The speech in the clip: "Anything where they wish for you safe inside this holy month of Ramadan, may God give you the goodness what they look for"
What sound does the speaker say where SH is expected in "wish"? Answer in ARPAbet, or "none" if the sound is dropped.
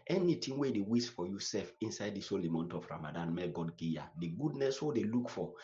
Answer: S